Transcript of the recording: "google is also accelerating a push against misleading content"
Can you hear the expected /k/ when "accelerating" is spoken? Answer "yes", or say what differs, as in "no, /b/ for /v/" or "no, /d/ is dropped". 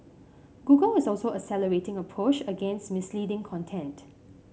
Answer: no, /k/ is dropped